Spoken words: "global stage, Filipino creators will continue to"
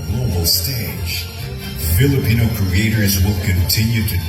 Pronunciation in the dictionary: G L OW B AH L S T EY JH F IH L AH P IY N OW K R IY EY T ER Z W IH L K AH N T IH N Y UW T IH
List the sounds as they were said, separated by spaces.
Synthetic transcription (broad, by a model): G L OW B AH L S T EY JH F IH L AH P IY N OW K R IY EY T ER Z W IH L K AH N T IH N Y UW T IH